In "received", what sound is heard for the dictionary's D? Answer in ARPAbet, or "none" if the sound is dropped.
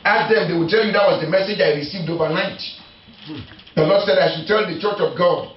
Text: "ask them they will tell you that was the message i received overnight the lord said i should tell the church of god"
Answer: D